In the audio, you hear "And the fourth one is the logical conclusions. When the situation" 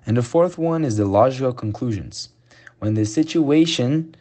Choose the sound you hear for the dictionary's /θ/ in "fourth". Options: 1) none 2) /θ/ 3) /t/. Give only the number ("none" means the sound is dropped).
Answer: 2